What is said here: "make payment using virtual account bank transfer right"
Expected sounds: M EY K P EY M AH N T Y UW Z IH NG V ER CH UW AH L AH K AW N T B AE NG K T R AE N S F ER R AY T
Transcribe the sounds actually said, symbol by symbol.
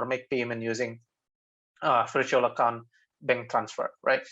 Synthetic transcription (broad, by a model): M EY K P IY M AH N Y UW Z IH NG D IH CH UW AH L AH K AW N T B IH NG T R AE N S F ER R AY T